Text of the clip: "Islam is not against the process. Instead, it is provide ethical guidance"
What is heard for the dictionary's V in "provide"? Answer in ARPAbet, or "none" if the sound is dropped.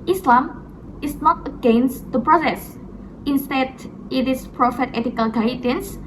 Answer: F